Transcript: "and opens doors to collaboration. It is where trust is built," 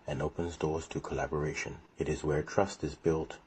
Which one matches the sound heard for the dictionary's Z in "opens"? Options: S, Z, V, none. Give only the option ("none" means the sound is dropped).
Z